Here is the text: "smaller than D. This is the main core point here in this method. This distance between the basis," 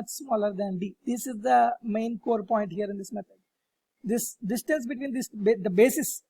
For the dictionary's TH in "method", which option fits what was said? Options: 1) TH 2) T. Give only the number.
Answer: 2